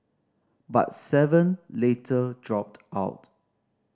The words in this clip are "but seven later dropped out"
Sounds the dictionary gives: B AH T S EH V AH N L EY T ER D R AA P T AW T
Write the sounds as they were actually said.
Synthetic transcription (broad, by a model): B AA T S EH V AH N L EY T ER D R AA P T AW T